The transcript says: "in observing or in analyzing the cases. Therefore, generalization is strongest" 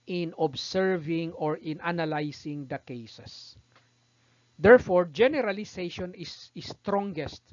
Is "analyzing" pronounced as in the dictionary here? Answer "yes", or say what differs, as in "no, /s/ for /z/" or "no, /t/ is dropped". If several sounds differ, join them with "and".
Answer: no, /s/ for /z/